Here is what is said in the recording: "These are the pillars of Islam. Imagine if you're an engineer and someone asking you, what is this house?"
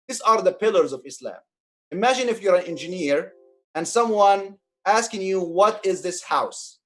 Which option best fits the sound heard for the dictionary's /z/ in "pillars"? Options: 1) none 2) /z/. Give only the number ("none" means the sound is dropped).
2